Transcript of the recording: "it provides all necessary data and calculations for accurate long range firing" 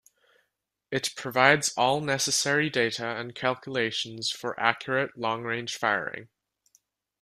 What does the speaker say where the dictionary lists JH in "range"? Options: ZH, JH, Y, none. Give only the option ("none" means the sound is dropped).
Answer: ZH